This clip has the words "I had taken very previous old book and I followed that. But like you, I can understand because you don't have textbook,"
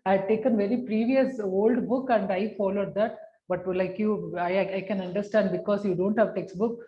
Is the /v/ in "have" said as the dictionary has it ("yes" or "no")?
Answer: yes